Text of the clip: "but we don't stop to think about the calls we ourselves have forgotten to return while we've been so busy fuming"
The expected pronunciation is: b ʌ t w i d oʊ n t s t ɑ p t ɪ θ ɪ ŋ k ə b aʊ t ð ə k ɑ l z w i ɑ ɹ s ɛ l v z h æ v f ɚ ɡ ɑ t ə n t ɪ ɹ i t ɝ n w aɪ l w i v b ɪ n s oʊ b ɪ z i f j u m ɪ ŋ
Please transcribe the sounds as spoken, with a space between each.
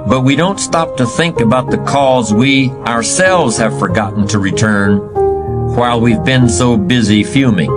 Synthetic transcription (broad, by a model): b ʌ t w i d oʊ n t s t ɑ p t ɪ θ ɪ ŋ k ə b aʊ t ð ə k ɑ z w i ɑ ɹ s ɛ l v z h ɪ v f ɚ ɡ ɑ t n t ɪ ɹ i t ɝ n w aɪ l w i v b ɪ n s oʊ b ɪ z i f j u m ɪ ŋ